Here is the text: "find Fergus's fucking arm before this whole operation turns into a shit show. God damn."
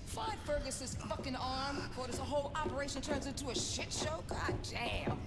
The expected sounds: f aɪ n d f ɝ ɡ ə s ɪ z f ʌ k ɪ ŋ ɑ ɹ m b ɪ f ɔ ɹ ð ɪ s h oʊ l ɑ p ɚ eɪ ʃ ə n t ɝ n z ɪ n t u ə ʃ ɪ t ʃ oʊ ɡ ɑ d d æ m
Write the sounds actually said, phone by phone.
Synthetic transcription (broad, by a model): f aɪ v f ɝ ɡ ə s ɪ z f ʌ k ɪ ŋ ɑ ɹ m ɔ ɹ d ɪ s h oʊ l ɑ p ɚ eɪ ʃ ə n t ɝ n z ɪ n t u ə ʃ ɪ t ʃ oʊ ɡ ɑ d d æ